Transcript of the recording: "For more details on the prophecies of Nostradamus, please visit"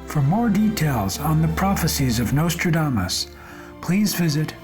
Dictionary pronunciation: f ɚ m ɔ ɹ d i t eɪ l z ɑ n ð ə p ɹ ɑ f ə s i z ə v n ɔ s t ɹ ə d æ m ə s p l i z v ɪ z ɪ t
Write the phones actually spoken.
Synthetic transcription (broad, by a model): f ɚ m ɔ ɹ d i t eɪ l z n ð ə p ɹ ɑ f ə s i z ə v n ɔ s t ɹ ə d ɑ m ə s p l i z v ɪ z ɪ t